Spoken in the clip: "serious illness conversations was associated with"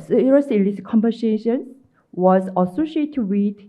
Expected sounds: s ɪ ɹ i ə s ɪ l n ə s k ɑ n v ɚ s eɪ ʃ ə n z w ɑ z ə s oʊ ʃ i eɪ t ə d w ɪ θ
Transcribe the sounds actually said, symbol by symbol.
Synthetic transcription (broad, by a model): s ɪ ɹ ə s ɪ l ə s k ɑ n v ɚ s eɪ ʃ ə n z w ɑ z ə s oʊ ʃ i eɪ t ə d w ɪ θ